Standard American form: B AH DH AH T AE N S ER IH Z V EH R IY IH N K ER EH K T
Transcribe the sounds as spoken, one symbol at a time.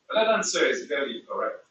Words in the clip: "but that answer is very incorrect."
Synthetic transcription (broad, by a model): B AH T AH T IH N S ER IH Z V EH L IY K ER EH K T